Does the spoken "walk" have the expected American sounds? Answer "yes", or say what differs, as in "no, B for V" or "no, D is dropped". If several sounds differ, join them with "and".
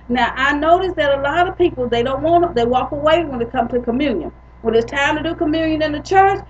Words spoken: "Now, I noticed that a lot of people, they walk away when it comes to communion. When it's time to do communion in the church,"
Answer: yes